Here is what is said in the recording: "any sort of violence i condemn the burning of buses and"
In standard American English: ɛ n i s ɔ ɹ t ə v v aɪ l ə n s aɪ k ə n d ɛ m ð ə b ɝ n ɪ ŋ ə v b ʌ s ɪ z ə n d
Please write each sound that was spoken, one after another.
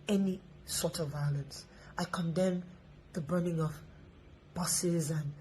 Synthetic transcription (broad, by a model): ɛ n i s ɔ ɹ t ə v v aɪ l ə n s aɪ k ə n d ɛ m ð ə b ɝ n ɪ ŋ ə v b ʌ s ɪ z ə n